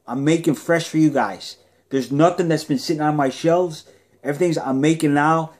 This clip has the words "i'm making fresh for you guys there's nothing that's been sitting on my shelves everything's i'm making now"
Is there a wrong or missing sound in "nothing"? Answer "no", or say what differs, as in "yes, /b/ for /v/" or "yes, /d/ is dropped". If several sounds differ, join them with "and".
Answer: no